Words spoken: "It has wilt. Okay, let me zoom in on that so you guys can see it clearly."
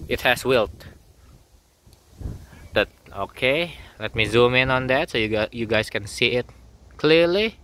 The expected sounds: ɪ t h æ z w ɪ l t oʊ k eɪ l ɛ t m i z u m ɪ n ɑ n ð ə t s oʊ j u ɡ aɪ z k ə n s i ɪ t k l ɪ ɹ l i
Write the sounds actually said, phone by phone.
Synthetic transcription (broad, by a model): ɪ t h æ s w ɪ l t oʊ k eɪ l ɛ t m i z u m ɪ n ɑ n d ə t s oʊ j u ɡ aɪ s k ə n s i ɪ t k l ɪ l i